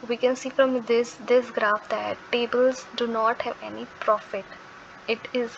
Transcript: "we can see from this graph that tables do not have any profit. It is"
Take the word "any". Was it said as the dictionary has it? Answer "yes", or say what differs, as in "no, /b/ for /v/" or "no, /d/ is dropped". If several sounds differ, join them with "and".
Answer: yes